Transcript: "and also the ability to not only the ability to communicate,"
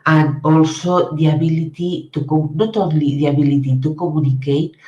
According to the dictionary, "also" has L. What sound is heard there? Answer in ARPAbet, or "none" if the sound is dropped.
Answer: L